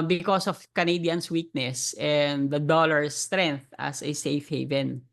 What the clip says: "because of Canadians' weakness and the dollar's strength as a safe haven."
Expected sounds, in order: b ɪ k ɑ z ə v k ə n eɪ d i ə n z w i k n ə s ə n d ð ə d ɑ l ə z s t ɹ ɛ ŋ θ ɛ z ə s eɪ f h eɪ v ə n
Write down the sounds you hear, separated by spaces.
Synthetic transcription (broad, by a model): b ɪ k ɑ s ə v k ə n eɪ d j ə n s w i k n ə s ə n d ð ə d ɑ l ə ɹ s t ɹ ɛ ŋ θ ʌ s ə s eɪ f h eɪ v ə n